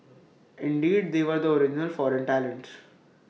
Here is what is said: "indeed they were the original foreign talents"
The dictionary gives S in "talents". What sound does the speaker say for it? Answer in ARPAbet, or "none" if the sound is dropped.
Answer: none